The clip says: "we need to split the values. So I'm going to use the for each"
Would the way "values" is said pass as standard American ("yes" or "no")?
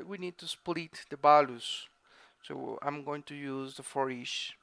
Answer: no